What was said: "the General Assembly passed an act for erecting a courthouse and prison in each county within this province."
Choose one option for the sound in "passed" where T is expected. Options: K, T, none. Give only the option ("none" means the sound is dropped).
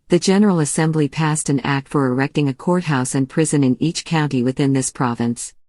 T